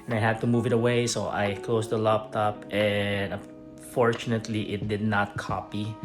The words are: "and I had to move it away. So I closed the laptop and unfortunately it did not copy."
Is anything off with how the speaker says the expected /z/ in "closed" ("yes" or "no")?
yes